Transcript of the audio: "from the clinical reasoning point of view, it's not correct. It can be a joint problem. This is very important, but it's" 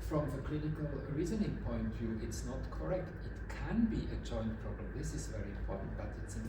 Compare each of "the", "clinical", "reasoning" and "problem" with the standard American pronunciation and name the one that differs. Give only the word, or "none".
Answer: none